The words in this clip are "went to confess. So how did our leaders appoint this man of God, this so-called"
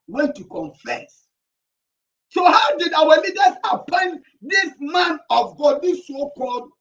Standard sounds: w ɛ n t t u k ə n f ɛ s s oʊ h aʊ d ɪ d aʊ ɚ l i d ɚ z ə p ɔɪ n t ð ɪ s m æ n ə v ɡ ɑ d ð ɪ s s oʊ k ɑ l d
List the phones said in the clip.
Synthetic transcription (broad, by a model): w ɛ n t t u k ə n f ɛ s s oʊ h aʊ d ɪ d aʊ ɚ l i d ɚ s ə p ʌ n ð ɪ s m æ n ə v ɡ ɑ d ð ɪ s s oʊ k ɑ l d